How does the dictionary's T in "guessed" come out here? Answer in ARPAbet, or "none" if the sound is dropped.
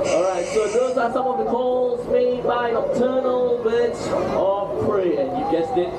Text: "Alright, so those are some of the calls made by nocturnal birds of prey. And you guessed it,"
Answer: none